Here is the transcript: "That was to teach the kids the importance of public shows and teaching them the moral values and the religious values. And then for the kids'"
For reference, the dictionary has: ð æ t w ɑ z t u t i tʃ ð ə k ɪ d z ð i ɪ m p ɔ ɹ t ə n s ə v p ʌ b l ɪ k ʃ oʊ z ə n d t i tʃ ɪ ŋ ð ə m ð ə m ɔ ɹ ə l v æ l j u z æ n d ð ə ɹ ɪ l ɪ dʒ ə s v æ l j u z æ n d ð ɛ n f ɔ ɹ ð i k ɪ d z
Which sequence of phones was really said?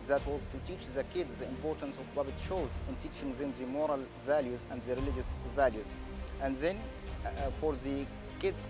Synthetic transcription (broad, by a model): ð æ t w ɑ z t u t i tʃ ð ə k ɪ d z ð i ɪ m p ɔ ɹ t ə n s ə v b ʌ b ɪ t ʃ oʊ z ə n t i tʃ ɪ ŋ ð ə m ð ə m ɔ ɹ ə l v æ l j u z æ n d ð ə ɹ ɪ l ɪ dʒ ə s v æ l j u z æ n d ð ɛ n f ɔ ɹ ð i k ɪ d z